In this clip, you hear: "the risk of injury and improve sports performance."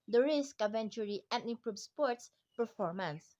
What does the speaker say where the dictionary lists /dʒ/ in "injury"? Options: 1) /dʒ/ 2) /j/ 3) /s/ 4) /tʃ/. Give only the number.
4